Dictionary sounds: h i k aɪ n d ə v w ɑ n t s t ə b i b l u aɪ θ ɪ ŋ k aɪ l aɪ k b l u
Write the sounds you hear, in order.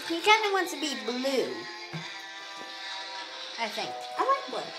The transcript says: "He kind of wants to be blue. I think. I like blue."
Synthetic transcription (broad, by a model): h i k aɪ n d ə w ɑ n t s t ə b i b l u aɪ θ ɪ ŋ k aɪ w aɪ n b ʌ